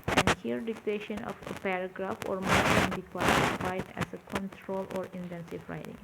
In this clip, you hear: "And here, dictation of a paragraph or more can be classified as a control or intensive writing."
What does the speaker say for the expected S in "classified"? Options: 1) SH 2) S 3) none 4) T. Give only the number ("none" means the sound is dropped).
3